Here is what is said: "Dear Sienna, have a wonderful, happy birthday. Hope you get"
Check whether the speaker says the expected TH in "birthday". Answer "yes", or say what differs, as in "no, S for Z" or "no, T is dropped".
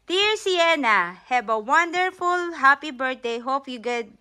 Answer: no, T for TH